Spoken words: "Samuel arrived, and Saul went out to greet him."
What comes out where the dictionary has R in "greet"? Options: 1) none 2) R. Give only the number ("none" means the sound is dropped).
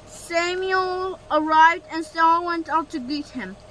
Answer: 1